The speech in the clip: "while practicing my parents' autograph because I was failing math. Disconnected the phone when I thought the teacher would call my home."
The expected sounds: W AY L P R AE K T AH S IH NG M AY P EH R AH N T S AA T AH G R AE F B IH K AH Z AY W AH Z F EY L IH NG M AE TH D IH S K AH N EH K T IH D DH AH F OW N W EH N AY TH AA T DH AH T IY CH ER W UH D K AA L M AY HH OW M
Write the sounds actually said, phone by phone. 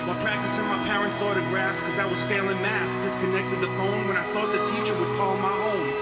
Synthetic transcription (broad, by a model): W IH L P R AE K T AH S IH NG M AY P EH R AH N T S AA T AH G R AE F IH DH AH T W AH Z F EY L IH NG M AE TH D IH S K AH N EH K T IH D DH AH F OW N W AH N AY TH AA T DH AH T IY CH ER W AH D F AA L M AY HH OW M